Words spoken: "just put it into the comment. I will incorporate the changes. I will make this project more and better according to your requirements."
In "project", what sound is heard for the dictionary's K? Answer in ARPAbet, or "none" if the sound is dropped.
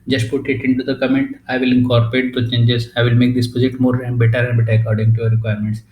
none